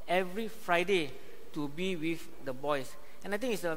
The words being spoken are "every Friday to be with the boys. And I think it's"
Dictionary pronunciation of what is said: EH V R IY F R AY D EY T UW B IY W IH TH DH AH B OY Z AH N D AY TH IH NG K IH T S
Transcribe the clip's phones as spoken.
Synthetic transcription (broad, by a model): EH V R IY F R AY D EY T UW B IY W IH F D AH B OY S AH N AY T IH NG IH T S